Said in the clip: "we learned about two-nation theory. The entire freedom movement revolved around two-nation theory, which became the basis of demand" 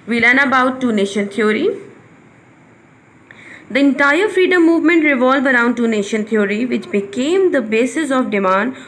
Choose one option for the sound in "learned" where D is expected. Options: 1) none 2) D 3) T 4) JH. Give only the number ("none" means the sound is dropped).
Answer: 1